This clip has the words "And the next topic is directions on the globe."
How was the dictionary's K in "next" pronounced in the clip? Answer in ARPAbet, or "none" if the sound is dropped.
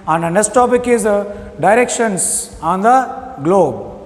none